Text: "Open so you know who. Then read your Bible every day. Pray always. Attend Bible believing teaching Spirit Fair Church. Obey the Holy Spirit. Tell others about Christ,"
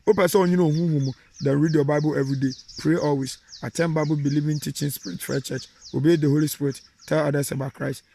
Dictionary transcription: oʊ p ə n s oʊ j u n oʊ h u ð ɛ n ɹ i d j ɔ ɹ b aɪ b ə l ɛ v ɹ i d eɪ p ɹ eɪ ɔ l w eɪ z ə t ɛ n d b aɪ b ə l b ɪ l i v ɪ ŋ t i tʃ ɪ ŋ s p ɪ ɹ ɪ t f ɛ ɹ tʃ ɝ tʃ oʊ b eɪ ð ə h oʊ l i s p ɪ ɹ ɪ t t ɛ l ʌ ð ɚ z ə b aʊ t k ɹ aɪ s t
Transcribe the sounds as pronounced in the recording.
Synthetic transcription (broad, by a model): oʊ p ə s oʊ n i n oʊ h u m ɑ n ɹ i d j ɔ b aɪ b ə l ɛ v ɹ i d eɪ p ɹ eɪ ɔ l w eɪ s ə t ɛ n b aɪ b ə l b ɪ l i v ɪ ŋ t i tʃ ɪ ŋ s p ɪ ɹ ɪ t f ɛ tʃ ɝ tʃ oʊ b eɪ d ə h oʊ l i s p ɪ ɹ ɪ t t ɛ l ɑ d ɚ s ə b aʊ k ɹ aɪ s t